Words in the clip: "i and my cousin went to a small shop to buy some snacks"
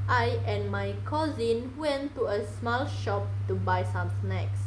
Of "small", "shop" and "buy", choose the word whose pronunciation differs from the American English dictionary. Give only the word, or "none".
none